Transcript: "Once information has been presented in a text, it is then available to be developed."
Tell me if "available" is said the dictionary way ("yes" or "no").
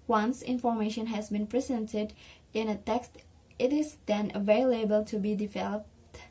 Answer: yes